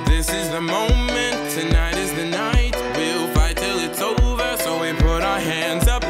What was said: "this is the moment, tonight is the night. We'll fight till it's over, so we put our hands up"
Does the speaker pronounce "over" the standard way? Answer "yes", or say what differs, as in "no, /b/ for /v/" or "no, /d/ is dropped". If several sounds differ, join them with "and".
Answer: yes